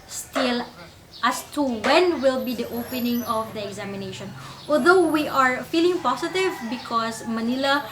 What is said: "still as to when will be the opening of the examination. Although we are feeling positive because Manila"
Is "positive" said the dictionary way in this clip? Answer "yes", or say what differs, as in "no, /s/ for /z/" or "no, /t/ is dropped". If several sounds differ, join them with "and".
no, /s/ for /z/